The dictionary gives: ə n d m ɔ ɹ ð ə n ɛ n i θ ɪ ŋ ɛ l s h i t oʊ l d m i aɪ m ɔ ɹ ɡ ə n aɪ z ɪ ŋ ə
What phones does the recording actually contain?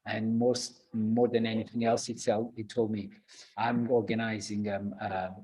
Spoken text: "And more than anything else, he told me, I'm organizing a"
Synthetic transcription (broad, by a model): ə n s m ɔ ɹ ð ə n ɛ n i θ ɪ ŋ ɛ l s h i t oʊ l d m i aɪ m ɔ ɹ ɡ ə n aɪ z ɪ ŋ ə